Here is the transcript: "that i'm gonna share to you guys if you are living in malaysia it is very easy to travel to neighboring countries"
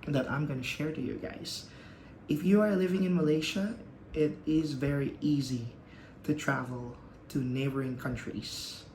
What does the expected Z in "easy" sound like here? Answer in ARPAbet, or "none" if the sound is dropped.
Z